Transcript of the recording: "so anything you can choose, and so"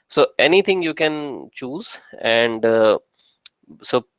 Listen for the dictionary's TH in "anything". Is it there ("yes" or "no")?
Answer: no